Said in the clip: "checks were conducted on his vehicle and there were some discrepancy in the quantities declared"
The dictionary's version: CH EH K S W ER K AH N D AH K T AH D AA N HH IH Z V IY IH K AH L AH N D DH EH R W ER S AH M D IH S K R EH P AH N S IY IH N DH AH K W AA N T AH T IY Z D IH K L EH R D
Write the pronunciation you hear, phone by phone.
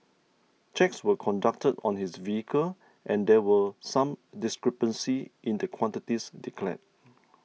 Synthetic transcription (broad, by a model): CH EH K S W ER K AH N D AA K T AH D AA N HH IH S V IY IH K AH L AH N D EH W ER S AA M D IH S K R EH P AH N S IY IH N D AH K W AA N T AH T IY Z D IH K L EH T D